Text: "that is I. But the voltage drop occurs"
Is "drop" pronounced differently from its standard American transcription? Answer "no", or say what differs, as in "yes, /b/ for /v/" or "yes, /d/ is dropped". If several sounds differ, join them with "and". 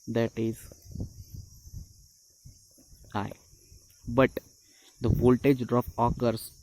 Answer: yes, /ɹ/ is dropped and /f/ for /p/